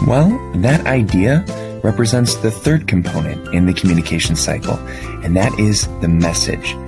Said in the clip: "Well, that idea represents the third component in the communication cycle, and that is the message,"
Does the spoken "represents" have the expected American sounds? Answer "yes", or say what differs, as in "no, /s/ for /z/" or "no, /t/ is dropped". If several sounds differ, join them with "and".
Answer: yes